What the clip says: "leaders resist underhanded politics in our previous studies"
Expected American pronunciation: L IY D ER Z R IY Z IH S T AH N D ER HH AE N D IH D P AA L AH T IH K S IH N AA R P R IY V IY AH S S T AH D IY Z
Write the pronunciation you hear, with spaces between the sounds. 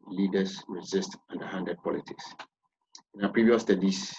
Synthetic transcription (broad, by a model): L IY D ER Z R IY Z IH S T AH N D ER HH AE N D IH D P AA L AH T IH K S IH N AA P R IY V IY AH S S T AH D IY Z